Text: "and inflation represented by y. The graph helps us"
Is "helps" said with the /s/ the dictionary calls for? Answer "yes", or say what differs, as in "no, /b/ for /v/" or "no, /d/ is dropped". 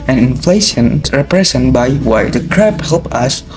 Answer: no, /s/ is dropped